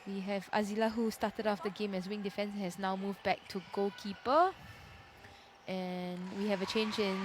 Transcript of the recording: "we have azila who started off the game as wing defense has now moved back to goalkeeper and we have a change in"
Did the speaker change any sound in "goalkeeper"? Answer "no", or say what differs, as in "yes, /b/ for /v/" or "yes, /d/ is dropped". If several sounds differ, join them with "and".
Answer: yes, /l/ is dropped